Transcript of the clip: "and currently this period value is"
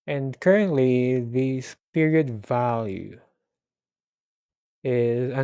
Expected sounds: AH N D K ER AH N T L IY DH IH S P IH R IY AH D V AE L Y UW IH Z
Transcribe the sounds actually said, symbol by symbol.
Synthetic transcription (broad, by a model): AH N D K ER AH N T L IY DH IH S P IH R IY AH D V AE L Y UW IH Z